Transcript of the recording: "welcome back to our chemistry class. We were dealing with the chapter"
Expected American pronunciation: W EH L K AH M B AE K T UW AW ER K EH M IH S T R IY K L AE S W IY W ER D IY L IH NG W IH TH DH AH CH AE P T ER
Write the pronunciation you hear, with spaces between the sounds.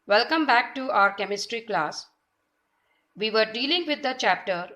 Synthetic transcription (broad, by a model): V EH L K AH M B AE K T UW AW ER K EH M IH S T R IY K L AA S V IY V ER D IY L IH NG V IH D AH CH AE P T ER